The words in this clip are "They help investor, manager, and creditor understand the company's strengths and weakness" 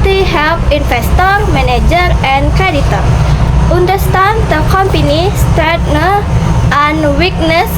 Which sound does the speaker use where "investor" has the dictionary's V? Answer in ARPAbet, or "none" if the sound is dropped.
F